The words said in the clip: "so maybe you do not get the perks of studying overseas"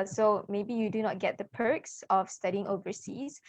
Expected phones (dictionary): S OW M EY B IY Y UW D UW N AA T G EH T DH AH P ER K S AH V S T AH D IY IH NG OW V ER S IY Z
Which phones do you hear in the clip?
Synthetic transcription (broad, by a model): S OW M EY B IY Y UW D UW N AA T G EH T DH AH P ER K S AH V S T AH D IY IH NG OW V ER S IY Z